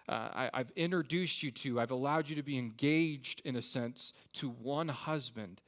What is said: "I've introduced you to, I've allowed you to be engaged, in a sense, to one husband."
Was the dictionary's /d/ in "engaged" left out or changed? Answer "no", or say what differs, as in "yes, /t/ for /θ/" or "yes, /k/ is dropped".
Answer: no